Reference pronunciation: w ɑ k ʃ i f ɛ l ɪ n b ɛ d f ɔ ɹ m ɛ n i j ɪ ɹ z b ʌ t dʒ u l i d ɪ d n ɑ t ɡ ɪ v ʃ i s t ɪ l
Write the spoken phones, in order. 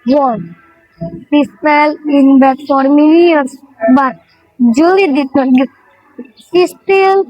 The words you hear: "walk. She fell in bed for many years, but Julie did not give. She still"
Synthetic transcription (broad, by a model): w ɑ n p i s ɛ l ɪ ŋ b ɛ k f ɔ ɹ m ɛ n i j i ɹ s b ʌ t dʒ u l i d ɪ d n ɑ t ɡ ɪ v s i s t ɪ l